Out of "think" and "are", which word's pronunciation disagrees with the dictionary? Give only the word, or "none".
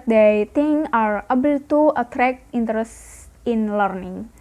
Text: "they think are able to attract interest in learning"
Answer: think